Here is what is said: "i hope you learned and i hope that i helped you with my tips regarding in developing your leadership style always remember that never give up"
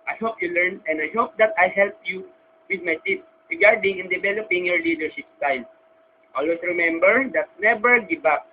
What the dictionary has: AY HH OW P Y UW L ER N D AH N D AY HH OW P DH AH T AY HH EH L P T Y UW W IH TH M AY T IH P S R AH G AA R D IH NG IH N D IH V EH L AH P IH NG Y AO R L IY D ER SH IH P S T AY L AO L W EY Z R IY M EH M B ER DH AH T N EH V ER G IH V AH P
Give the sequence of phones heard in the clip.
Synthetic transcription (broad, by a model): AY HH OW P Y UW L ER N AH N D AY HH OW P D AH T AY HH EH L P Y UW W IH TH M AY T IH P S R AH G AA R D IH NG IH N D IH V EH L AH P IH NG Y AO R L IY D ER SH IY P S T AY N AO L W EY S R IY M EH M B ER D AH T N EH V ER G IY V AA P